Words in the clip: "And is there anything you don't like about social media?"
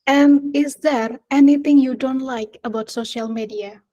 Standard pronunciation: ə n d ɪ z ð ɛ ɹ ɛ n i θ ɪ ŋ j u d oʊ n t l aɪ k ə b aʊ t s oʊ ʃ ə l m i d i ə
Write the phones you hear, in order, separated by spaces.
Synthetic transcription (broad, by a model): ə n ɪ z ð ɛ ɹ ɛ n i θ ɪ ŋ j u d oʊ n t l aɪ k ə b aʊ t s oʊ ʃ ə l m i d i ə